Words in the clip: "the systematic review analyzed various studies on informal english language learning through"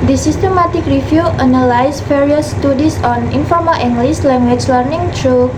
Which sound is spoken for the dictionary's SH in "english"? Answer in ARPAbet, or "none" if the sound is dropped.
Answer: S